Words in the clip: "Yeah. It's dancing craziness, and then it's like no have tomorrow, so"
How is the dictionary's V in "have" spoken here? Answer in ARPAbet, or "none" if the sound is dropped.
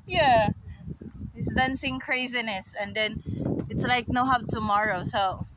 P